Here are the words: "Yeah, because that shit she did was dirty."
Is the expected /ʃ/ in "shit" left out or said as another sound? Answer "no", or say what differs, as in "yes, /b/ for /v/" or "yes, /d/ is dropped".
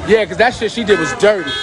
yes, /s/ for /ʃ/